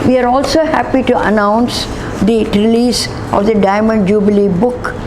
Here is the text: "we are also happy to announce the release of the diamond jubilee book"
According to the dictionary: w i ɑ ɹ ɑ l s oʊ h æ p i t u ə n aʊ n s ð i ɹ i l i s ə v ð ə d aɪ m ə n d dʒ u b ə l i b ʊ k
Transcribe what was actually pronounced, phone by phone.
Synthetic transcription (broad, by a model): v i ɑ ɹ ɑ l s oʊ h æ p i t u ə n aʊ n s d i ɹ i l i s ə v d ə d aɪ m ə n d dʒ u b ə l i b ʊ k